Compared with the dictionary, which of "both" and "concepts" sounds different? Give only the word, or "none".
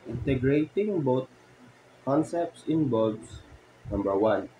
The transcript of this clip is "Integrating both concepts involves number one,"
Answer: both